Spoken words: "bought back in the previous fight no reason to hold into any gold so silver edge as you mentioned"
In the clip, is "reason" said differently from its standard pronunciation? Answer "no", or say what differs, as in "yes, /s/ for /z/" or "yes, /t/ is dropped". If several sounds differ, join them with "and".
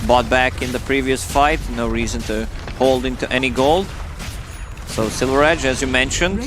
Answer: no